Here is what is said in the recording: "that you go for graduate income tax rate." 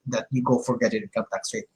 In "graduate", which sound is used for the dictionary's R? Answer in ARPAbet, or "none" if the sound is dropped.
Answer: none